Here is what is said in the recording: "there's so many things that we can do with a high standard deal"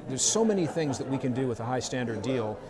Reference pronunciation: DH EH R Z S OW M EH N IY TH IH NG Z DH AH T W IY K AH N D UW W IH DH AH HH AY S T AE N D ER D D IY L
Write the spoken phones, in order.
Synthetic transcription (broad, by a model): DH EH R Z S OW M EH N IY TH IH NG Z DH AH T W IY K AH N D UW W IH DH AH HH AY S T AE N D ER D D IY L